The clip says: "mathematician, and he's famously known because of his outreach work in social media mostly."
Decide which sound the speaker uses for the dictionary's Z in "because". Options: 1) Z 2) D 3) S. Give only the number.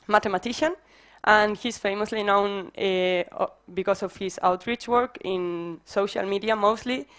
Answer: 3